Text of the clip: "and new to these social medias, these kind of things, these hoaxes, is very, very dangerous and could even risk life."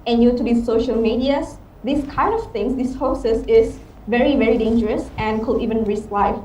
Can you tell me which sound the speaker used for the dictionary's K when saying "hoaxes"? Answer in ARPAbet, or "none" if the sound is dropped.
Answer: none